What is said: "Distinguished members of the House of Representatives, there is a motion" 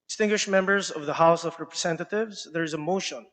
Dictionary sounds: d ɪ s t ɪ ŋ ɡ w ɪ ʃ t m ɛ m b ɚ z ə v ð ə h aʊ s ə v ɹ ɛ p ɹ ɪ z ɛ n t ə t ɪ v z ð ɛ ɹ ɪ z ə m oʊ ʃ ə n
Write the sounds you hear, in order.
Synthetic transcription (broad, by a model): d s t ɪ ŋ ɡ w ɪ ʃ m ɛ m b ɚ z ə v ð ə h aʊ s ə v ɹ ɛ p ɹ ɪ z ɛ n t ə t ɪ v z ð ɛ ɹ ɪ z ə m oʊ ʃ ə n